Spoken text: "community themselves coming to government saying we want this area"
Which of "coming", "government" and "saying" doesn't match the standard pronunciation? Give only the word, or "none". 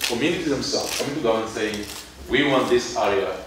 government